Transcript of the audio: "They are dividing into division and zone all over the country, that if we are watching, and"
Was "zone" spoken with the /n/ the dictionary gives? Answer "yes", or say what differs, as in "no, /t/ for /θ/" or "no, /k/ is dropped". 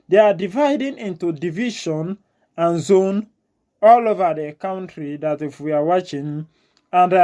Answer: yes